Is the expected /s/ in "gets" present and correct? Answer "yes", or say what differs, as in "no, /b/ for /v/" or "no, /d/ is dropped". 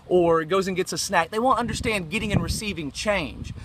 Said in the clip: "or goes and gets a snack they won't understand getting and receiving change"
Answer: yes